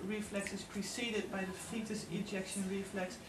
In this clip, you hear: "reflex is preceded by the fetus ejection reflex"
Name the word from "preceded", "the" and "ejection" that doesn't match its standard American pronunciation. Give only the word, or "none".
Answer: none